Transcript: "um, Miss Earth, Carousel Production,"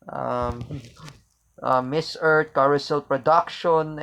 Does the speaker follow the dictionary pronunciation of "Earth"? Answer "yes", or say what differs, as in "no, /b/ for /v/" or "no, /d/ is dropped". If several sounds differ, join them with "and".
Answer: no, /t/ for /θ/